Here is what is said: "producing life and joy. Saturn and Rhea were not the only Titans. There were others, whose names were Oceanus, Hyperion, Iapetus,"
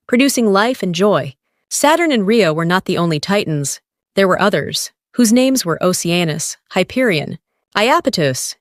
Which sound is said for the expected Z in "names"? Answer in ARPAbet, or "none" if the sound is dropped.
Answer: Z